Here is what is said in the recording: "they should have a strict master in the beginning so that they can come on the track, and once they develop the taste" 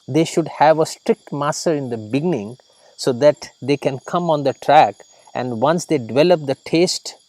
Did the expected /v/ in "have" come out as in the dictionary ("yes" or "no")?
yes